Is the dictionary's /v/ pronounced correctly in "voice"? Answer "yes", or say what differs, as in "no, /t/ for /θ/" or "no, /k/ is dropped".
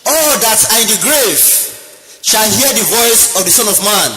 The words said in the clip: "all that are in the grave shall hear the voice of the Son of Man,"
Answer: yes